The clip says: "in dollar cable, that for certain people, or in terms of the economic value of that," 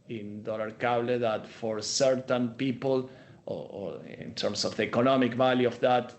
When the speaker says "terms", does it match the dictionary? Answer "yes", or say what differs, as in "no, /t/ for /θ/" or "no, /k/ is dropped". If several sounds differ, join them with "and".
no, /s/ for /z/